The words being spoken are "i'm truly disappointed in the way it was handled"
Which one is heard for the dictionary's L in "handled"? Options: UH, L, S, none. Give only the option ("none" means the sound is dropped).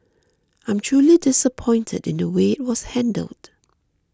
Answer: L